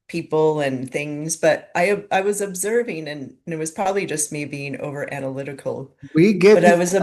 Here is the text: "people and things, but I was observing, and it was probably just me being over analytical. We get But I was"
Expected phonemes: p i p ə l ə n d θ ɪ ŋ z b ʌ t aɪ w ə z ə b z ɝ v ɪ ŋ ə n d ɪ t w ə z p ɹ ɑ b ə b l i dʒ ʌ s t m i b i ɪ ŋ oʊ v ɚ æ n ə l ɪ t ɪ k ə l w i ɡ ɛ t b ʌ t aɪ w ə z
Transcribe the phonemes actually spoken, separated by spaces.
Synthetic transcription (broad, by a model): p i p l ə n θ ɪ ŋ z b ʌ t aɪ w ə z ə b z ɝ v ɪ ŋ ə n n ɪ t w ə z p ɹ ɑ b ə b l i dʒ ʌ s t m i b i ɪ ŋ oʊ v ɚ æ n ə l ɪ t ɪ k l w i ɡ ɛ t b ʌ t aɪ w ə z